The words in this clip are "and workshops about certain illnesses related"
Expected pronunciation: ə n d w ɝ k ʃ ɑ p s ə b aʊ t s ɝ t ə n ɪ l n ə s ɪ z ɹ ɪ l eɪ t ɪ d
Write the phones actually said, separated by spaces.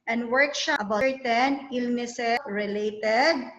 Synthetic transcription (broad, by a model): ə n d w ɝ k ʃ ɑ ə b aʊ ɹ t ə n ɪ l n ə s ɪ ɹ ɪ l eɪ t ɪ d